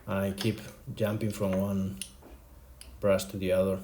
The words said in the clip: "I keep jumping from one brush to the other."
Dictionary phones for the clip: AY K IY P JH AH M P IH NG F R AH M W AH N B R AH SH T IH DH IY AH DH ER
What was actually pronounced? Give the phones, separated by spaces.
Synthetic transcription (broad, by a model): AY K IY P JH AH M P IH NG F R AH M W AH N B R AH S T IH DH IY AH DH ER